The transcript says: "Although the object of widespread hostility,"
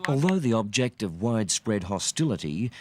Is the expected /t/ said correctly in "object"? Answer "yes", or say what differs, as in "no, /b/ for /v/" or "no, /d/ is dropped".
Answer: yes